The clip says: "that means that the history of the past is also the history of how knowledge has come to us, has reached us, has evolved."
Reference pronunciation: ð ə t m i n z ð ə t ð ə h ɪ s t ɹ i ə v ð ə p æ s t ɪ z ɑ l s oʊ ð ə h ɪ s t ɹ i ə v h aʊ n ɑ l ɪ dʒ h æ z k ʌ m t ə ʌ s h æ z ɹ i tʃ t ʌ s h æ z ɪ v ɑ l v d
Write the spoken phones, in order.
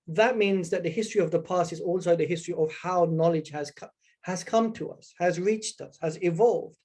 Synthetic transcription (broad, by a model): ð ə t m i n z ð ə t ð ə h ɪ s t ɹ i ə v ð ə p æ s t ɪ z ɑ l s oʊ ð ə h ɪ s t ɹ i ə v h aʊ n ɑ l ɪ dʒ h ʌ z k ʌ m t ə ʌ s h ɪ z ɹ i tʃ t ʌ s h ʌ z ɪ v ɑ l v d